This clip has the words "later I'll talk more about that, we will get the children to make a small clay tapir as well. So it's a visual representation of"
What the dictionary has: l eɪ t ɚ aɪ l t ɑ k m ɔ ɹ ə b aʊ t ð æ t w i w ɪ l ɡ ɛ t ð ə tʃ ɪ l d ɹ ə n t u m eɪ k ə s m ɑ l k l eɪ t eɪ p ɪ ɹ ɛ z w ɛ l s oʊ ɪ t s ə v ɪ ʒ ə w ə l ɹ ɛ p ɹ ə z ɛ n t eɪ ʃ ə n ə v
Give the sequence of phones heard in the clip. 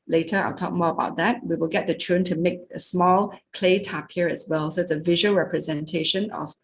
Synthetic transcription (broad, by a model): l eɪ t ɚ aɪ l t ɑ k m ɔ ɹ ə b aʊ t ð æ t w i w ɪ l ɡ ɛ t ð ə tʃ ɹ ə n t u m eɪ k ə s m ɑ l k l eɪ t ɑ p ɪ ɹ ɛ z w ɛ l s oʊ ɪ t s ə v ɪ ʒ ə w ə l ɹ ɛ p ɹ ə z ɛ n t eɪ ʃ ə n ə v